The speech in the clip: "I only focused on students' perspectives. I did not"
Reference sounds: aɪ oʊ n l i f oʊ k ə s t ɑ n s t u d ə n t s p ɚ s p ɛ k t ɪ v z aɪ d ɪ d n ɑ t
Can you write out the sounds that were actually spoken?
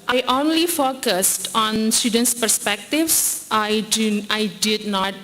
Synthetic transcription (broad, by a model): aɪ oʊ n l i f oʊ k ə s t ɑ n s t u d ə n t s p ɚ s p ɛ k t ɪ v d aɪ d ɪ d n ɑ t